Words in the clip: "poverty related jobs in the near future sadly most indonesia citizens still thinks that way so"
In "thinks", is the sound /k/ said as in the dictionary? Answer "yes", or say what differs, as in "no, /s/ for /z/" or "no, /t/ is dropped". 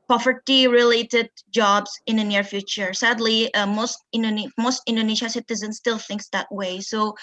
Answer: yes